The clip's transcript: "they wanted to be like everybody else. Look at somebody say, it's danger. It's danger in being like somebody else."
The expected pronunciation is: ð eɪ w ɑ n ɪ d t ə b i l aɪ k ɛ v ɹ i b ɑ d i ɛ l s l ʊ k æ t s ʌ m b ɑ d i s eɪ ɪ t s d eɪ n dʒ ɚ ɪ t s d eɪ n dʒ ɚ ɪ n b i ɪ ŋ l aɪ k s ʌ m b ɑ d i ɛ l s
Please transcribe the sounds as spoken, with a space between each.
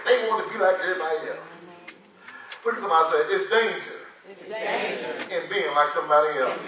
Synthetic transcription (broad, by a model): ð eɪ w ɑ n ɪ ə b i l aɪ k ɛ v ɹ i b ɑ d i ɛ l s w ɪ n s ʌ m b ɑ d i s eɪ ɪ t s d eɪ n dʒ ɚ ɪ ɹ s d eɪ n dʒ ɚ ɪ n b i ɪ ŋ l aɪ k s ʌ m b ɑ d i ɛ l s